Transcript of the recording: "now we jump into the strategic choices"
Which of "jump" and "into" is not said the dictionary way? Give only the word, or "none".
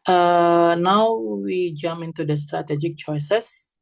jump